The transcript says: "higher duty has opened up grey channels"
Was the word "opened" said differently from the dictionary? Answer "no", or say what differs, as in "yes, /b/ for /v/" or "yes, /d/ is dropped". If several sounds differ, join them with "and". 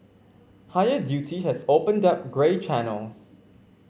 no